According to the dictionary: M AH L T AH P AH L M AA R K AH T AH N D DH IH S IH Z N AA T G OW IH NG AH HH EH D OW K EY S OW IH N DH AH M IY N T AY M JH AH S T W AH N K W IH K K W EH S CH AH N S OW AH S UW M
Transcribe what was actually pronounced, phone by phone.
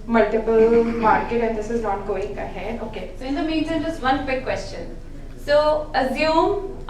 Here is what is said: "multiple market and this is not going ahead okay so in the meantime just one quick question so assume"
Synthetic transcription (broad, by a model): M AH L T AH P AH L M AA R K AH T AH N D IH S IH Z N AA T G OW IH NG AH HH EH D OW K EY S OW IH N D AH M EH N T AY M JH AH S T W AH N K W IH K K W EH S CH AH N S OW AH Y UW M